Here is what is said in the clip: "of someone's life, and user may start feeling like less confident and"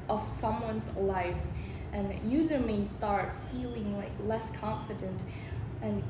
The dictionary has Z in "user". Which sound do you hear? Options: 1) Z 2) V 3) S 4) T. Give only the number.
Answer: 1